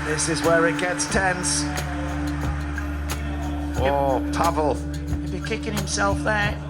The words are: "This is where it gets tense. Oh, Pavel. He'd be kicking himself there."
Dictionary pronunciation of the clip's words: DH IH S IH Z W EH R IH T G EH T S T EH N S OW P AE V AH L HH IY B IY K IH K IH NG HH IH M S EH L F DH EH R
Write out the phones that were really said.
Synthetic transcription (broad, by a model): DH IH S IH Z W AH R IH T G EH T S T EH N S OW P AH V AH L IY B IY K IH K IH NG HH IH M S EH L F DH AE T